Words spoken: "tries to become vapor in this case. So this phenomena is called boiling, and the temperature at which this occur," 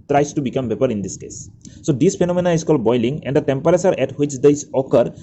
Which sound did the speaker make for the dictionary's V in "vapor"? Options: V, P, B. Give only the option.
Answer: B